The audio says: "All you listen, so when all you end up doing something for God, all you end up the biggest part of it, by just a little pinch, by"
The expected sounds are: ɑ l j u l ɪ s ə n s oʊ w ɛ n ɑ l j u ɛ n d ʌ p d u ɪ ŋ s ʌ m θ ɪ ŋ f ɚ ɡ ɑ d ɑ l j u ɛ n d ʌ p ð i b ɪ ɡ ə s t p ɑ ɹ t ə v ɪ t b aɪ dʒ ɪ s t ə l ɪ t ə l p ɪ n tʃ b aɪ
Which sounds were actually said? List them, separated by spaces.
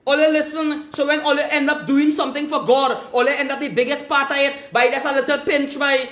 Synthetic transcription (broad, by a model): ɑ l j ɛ l ɪ s ə n s oʊ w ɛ n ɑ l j ɛ n d ʌ p d u ɪ ŋ s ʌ m t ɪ ŋ f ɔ ɡ ɑ d ɑ l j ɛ ɛ n d ʌ p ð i b ɪ ɡ ə s t p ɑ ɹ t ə ɪ t b aɪ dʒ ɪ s ə l ɪ t ə l p ɪ n tʃ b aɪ